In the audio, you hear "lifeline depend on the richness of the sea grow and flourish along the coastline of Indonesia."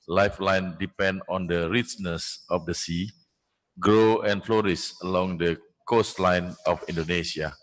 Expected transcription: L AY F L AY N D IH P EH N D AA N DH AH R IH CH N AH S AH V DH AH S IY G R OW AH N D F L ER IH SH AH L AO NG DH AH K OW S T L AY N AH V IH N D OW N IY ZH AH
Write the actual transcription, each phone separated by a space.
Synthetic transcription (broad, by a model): L AY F L AY N D IH P EH N D AA N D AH R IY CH N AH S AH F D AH S IY G R OW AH N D F L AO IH S AH L AO NG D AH K OW S T L AY N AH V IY N D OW N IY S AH